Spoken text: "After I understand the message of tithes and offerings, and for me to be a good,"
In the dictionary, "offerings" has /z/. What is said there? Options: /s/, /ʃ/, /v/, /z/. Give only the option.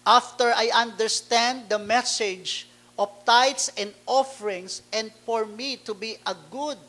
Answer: /s/